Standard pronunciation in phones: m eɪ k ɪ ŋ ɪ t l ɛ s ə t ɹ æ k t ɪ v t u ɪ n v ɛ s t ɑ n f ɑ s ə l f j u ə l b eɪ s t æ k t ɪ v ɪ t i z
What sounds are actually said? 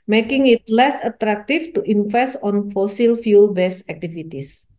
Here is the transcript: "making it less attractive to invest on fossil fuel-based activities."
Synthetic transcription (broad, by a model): m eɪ k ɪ ŋ ɪ t l ɛ s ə t ɹ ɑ k t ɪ f t u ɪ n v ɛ s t ɑ n f ɑ s ə l f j u l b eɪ s æ k t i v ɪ t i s